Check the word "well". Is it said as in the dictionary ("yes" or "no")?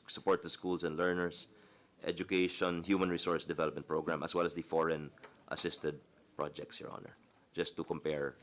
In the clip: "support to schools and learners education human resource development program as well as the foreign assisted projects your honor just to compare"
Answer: yes